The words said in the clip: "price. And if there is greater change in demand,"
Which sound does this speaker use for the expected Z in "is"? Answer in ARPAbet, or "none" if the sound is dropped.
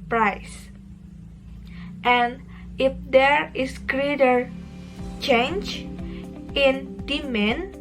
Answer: S